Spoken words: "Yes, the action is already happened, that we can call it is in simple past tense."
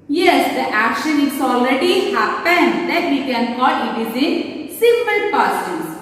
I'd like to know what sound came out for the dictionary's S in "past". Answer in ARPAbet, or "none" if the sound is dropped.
none